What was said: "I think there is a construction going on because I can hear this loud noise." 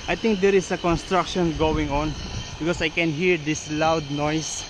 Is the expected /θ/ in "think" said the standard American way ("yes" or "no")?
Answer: no